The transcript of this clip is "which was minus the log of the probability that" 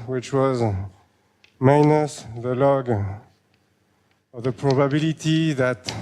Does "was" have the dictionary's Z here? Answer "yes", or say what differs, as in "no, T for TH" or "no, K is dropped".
yes